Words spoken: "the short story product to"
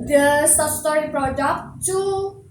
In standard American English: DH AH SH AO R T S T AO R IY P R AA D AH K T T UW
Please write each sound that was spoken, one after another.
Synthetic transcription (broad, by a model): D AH S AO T S T AO R IY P R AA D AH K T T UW